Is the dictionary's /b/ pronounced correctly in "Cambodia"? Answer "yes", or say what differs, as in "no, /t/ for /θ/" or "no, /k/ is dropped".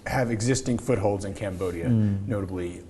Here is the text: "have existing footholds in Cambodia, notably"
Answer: yes